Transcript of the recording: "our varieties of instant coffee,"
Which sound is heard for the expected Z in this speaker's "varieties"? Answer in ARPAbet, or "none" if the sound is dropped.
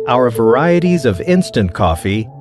Z